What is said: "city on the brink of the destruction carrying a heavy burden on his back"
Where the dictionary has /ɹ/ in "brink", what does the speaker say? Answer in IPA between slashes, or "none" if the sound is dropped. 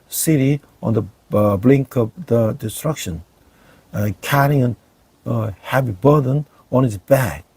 /l/